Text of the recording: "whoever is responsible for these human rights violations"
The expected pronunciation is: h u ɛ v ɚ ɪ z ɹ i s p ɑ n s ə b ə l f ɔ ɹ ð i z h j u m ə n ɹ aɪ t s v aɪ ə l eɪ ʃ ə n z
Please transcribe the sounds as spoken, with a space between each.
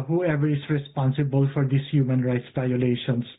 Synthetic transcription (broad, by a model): h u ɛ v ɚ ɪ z ɹ i s p ɑ n s ə b ə l f ɔ ɹ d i s h j u m ə n ɹ aɪ t s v aɪ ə l eɪ ʃ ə n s